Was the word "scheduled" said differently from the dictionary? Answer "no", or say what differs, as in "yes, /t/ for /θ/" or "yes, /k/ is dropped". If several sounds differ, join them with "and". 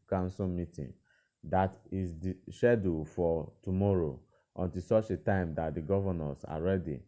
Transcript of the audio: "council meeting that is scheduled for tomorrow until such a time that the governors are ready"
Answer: yes, /ʃ/ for /dʒ/ and /l/ is dropped